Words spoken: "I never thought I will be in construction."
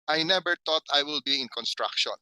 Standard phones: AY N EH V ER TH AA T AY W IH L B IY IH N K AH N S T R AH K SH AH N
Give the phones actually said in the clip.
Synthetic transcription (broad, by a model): AY N EH B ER T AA T AY W IH L B IY IH N K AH N S T R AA K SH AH N